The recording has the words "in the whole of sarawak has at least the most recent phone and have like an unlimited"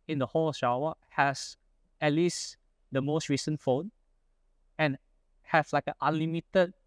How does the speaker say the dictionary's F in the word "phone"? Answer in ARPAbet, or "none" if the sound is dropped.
F